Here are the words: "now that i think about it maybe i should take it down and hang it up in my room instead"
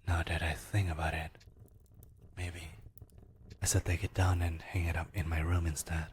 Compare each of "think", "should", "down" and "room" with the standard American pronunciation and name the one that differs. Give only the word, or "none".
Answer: should